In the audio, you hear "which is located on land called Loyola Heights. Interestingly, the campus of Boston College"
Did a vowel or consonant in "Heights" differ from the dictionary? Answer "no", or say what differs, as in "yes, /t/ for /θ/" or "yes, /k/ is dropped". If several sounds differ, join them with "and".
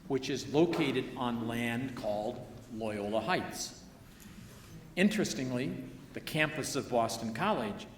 no